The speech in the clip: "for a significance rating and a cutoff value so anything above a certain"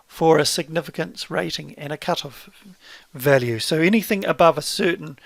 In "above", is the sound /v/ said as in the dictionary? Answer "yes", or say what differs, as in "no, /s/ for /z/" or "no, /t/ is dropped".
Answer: yes